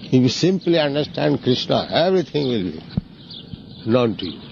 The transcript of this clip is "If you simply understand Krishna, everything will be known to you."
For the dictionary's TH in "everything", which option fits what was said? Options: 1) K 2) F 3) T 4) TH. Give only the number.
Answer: 3